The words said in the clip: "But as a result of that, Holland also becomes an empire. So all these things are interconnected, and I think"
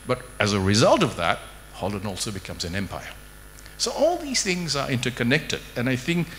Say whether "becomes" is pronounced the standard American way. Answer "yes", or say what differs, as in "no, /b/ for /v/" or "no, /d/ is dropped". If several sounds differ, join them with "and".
yes